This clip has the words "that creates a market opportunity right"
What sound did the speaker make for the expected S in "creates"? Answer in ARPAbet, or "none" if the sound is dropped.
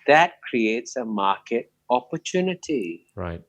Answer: S